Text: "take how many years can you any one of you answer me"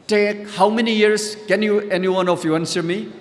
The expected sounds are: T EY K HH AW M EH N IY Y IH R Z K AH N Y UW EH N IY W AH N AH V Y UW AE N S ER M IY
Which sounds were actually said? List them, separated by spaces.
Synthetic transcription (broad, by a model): T EY K HH AW M EH N IY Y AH R S K AH N Y UW EH N IY W AH N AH F Y UW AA N S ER M IY